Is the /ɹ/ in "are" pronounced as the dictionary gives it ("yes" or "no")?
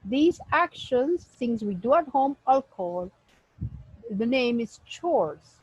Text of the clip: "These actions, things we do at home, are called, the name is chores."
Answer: no